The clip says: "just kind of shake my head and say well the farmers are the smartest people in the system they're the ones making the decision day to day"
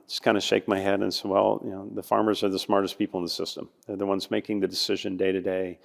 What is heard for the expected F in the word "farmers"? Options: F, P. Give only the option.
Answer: F